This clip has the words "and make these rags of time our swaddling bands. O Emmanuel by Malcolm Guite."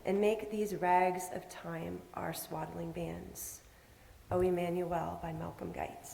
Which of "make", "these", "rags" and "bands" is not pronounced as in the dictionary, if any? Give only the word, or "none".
none